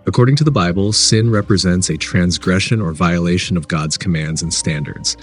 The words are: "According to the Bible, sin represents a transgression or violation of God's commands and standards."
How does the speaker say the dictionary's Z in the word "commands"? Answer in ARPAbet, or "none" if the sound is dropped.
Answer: Z